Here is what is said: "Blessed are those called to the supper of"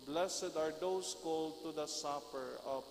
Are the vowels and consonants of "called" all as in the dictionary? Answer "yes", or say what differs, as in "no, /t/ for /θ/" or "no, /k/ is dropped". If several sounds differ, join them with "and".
yes